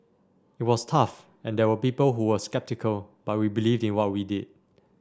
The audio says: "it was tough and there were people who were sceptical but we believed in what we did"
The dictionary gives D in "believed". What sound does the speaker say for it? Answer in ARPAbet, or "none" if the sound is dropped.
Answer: D